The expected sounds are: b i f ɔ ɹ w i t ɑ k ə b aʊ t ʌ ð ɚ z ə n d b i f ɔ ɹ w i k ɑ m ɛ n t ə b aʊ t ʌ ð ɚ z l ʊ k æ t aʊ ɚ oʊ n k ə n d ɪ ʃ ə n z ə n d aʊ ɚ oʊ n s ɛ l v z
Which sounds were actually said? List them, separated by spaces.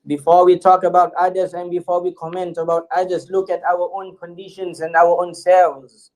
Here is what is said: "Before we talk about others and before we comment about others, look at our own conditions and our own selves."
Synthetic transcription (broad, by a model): b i f ɔ w i t ɑ k ə b aʊ t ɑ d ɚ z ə n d b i f ɔ w i k ɑ m ɛ n t ə b aʊ t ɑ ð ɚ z l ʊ k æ t aʊ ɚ oʊ n k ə n d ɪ ʃ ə n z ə n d aʊ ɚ oʊ n s ɛ l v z